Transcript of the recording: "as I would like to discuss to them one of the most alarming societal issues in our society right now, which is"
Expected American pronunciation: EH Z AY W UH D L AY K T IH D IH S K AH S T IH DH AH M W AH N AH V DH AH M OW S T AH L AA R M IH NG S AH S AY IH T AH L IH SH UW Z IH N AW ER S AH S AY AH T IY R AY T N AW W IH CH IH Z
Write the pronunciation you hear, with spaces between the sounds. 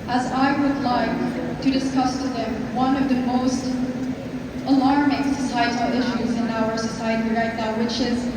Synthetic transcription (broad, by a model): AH Z AY W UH D L AY K T IH D IH S K AH S T IH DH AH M W AH N AH V DH AH M OW S T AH L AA R M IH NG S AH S AY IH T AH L IH SH UW Z IH N AW ER S AH S AY AH T IY R AY T N AW W IH CH IH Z